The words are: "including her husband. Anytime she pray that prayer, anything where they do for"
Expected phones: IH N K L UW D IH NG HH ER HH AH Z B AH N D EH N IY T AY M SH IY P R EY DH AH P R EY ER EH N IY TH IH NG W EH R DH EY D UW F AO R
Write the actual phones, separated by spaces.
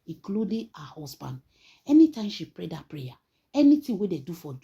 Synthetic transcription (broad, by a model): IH K L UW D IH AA HH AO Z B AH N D EH N IY T AY M SH IY P R EY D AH P R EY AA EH N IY T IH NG W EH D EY D UW F AO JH